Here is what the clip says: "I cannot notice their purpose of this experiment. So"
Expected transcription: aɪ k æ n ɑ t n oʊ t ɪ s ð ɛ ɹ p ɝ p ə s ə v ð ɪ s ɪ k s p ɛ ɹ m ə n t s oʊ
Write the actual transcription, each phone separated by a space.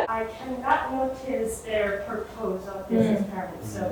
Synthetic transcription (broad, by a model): aɪ k æ n ɑ t n oʊ t ɪ s ð ɛ ɹ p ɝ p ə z ə v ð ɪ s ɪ s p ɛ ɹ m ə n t s oʊ